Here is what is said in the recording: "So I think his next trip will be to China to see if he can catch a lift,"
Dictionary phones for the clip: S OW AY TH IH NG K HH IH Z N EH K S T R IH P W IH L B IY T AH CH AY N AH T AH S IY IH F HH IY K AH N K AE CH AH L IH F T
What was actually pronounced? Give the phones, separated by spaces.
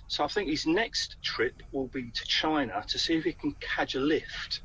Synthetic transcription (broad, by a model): S OW AY TH IH NG K HH IH Z N EH K S T R IH P W IH L B IY T AH CH AY N AH T AH S IY IH F HH IY K AH N K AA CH AH L IH F T